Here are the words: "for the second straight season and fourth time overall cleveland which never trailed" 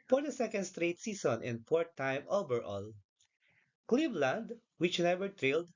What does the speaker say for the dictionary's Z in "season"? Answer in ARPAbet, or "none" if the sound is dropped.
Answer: S